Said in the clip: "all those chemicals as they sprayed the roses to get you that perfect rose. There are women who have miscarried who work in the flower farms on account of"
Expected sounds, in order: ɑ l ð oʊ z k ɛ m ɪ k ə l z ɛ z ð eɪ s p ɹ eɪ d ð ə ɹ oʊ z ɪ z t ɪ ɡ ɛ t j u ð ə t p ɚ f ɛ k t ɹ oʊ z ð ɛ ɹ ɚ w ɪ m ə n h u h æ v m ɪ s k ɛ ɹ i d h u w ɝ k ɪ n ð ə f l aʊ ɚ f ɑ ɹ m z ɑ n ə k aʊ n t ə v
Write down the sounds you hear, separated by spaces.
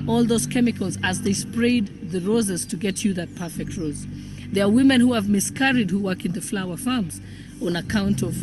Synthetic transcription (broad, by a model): ɑ l ð oʊ z k ɛ m ɪ k ə l z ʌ z ð eɪ s p ɹ eɪ d ð ə ɹ oʊ z ɪ z t ɪ ɡ ɛ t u ð ə t p ɚ f ɛ k t ɹ oʊ z ð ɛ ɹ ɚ w ɪ m ə n h u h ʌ v m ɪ s k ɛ ɹ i d h u w ɝ k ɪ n ð ə f l aʊ ɚ f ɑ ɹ m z ɑ n ə k aʊ n t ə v